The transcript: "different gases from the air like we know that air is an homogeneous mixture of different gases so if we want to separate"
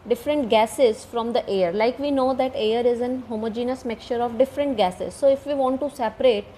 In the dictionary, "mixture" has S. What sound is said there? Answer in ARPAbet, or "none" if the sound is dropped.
none